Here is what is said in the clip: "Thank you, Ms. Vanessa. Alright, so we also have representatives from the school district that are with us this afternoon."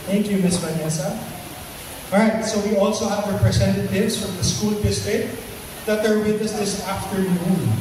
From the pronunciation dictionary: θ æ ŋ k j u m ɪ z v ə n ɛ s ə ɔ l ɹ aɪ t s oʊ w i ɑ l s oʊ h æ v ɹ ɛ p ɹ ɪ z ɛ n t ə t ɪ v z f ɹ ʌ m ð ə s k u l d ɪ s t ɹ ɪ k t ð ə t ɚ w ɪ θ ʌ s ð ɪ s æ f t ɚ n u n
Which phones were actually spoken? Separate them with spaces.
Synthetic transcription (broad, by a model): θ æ ŋ k j u m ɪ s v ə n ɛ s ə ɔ ɹ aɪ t s oʊ w i ɑ l s oʊ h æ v ɹ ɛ p ɹ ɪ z ɛ n t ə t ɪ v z f ɹ ʌ m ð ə s k u l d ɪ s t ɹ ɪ t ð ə t ɚ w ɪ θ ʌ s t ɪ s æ f t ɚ n u n